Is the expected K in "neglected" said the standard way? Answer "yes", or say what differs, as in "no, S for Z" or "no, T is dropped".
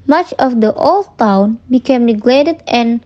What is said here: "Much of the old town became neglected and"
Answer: no, K is dropped